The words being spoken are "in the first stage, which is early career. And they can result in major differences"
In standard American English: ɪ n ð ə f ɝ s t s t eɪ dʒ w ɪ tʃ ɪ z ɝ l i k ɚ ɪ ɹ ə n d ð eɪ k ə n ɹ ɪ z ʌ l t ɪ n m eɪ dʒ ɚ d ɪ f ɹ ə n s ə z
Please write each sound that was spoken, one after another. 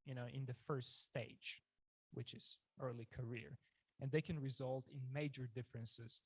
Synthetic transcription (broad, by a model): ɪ n ð ə f ɝ s t s t eɪ dʒ w ɪ tʃ ɪ z ɝ l i k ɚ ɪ ɹ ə n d ð eɪ k ə n ɹ ɪ z ʌ l t ɪ n m eɪ dʒ ɚ d ɪ f ɹ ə n s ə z